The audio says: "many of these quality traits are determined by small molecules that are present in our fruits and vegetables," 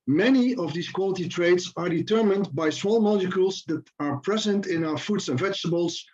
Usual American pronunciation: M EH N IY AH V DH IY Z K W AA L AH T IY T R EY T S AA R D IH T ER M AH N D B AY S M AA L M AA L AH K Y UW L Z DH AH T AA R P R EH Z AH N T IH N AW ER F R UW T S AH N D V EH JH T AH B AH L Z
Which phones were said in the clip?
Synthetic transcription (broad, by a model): M EH N IY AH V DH IY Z K W AA L AH T IY T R EY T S AA R D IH T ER M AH N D B AY S M AA L M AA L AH K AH L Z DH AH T AA R P R EH Z AH N T IH N AW ER F UW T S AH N V EH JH T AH B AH L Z